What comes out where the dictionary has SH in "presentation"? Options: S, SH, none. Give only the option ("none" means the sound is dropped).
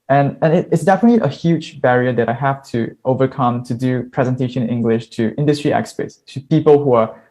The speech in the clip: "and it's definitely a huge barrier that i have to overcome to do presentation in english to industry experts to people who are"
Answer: none